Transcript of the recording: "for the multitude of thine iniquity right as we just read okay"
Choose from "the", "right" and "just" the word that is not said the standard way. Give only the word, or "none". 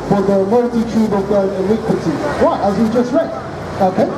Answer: right